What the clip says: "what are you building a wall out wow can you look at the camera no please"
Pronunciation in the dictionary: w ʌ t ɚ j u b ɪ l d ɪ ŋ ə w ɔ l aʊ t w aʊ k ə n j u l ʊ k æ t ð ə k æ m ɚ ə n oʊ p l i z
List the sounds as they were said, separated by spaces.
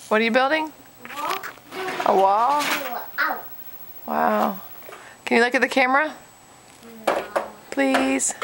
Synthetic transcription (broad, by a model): w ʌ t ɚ j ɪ b ɪ l d ɪ ŋ ə w ɔ l w aʊ k ə n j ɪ l ʊ k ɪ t ð ə k æ m ɚ ə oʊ p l i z